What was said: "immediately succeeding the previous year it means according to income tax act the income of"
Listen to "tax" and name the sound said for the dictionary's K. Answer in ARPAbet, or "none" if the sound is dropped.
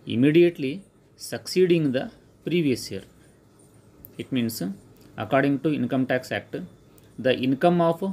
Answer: K